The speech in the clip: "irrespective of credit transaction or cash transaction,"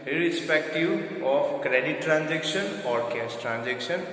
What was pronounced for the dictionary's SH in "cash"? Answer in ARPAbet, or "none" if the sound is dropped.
S